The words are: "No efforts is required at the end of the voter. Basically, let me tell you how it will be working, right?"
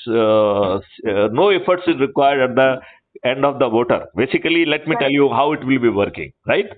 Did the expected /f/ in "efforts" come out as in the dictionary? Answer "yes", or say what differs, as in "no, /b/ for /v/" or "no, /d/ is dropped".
yes